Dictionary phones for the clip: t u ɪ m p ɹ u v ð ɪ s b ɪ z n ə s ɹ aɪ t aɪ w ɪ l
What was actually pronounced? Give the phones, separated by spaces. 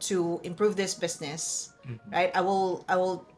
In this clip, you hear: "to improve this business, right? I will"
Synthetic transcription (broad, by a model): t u ɪ m p ɹ u v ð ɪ s b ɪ s n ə s ɹ aɪ t aɪ w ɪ l